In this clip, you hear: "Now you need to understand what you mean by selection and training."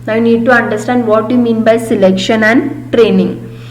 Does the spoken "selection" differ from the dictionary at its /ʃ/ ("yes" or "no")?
no